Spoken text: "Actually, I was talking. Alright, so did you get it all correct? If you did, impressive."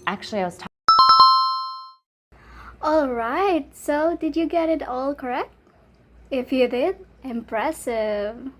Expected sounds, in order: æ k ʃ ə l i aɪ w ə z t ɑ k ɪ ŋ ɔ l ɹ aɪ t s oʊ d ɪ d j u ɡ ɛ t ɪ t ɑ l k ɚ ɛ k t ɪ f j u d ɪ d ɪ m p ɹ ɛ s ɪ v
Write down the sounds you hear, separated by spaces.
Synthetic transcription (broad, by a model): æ k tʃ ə l i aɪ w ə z t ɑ ɔ l ɹ aɪ t s oʊ d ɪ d j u ɡ ɛ t ɪ t ɑ l k ɚ ɛ k t ɪ f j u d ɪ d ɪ m p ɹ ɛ s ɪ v